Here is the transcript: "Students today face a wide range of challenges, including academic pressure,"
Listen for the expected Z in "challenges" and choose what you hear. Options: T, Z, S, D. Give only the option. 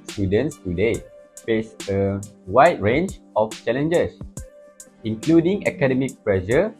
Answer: S